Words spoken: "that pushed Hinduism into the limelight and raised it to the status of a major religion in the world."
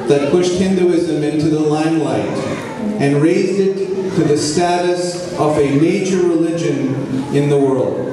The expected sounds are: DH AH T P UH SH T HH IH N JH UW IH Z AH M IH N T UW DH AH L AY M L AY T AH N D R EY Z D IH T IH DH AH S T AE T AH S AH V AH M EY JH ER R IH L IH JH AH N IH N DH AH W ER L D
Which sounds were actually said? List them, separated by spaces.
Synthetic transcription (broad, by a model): DH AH T P UH SH T HH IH N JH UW IH Z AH M IH N T UW DH AH L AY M L AY T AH N R EY Z D IH T IH DH AH S T AE T AH S AH V AH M EY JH ER R IH L IH JH AH N IH N DH AH W ER L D